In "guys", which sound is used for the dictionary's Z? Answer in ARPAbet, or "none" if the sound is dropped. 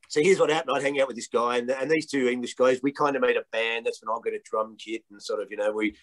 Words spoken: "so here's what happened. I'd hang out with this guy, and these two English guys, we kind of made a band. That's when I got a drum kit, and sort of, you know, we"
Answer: Z